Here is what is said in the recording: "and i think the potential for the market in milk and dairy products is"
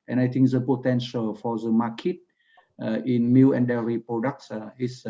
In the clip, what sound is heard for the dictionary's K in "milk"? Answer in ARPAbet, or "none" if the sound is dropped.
none